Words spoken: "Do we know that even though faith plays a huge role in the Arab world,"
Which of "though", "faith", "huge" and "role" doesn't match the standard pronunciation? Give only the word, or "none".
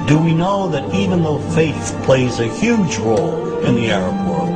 none